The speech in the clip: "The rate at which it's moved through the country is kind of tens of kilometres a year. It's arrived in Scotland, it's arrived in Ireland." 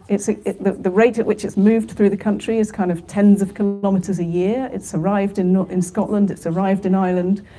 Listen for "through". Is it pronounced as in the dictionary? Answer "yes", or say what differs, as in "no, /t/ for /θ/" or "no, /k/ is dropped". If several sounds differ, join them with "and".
yes